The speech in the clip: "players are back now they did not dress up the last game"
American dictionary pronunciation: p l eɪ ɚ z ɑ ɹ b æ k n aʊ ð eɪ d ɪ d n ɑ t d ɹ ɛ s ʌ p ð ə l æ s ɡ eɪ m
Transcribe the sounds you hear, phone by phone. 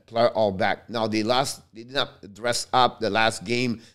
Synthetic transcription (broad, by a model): p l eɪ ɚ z ɑ l b æ k n aʊ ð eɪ d ɪ d n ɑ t d ɹ ɛ s ʌ p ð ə l æ s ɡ eɪ m